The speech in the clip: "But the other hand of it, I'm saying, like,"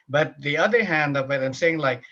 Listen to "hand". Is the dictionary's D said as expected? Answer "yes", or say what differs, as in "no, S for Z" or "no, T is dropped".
yes